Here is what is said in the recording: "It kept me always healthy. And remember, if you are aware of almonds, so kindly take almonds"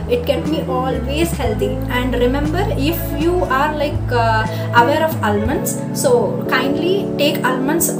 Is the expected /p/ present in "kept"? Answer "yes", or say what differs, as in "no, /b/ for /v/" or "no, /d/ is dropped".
no, /p/ is dropped